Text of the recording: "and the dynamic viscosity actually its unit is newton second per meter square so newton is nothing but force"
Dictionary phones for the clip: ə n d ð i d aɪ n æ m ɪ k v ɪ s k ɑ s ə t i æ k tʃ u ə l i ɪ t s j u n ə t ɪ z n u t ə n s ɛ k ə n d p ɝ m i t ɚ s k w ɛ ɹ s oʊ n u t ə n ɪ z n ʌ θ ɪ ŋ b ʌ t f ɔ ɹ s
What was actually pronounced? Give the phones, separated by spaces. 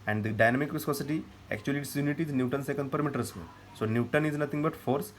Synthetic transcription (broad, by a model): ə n d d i d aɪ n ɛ m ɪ k v ɪ s k ɑ s ə t i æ k tʃ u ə l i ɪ t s j u n ə t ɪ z n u t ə n s ɛ k ə n d p ɝ m i t ɚ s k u l s oʊ n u t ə n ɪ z n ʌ t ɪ ŋ b ʌ t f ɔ ɹ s